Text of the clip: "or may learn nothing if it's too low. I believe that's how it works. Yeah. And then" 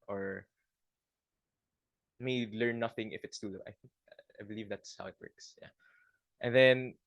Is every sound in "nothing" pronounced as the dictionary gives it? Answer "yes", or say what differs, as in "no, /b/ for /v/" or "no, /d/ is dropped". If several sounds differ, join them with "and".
yes